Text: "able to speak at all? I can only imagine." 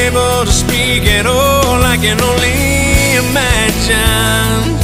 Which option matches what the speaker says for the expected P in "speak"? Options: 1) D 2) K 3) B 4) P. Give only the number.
4